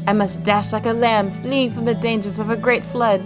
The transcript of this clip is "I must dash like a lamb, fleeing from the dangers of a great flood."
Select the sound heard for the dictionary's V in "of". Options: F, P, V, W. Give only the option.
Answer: V